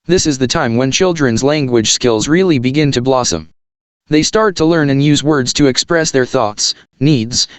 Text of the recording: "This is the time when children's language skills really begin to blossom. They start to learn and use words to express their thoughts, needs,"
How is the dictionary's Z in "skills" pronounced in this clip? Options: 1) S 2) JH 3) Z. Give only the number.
3